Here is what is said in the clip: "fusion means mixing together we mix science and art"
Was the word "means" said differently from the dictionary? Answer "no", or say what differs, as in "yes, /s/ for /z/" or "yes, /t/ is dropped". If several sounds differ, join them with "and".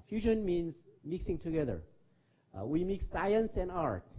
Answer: no